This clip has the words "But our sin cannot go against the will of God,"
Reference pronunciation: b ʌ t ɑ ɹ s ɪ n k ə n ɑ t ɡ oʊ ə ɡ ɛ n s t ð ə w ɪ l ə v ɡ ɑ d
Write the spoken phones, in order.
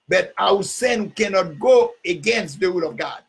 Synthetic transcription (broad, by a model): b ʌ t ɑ w s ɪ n k ə n ɑ t ɡ oʊ ə ɡ ɛ n s t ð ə w ɪ l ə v ɡ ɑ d